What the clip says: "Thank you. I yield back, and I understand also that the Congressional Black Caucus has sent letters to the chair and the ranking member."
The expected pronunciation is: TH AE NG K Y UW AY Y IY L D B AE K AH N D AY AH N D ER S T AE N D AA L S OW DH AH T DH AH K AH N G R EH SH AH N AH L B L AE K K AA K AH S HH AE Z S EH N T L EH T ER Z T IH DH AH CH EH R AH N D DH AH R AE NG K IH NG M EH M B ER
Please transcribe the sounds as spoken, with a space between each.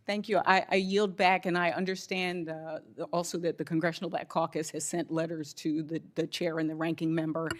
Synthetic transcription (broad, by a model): TH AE NG K Y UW AY Y IY L D B AE K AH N AY AH N D ER S T AE N D AA L S OW DH AH T DH AH K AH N G R EH SH N L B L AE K K AA K AH S HH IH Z S EH N T L EH T ER Z T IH DH AH CH EH R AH N DH AH R AE NG K IH NG M EH M B ER